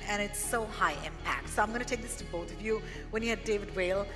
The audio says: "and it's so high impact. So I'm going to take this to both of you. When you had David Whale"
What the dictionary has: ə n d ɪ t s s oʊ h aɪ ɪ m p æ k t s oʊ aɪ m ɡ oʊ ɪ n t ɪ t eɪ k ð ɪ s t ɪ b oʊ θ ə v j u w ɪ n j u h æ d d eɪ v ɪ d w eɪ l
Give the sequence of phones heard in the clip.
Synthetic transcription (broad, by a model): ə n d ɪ t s s oʊ h aɪ ɪ m p æ k t s oʊ aɪ m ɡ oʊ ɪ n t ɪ t eɪ k ð ɪ s t ɪ b oʊ θ ə v j u w ɪ n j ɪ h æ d d eɪ v ɪ d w eɪ l